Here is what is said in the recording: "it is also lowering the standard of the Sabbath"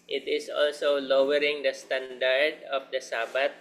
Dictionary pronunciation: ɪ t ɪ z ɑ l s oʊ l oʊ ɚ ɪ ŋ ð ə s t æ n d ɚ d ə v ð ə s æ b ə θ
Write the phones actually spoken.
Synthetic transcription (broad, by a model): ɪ t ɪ s ɑ l s oʊ l oʊ ɚ ɪ ŋ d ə s t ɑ n d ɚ d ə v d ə s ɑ b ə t